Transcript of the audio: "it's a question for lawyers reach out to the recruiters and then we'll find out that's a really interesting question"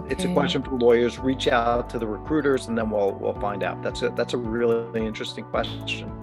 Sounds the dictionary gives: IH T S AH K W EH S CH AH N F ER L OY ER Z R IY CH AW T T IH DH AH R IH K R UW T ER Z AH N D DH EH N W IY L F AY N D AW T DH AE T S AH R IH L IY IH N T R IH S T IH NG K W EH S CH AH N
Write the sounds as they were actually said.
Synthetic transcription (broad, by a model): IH T S AH K W EH S CH AH N F ER L OY ER Z R IY CH AW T T IH DH AH R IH K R UW T ER Z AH N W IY L W IY L F AY N D AW T DH AE T S AH R IH L IY IH N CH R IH S T IH NG K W EH S CH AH N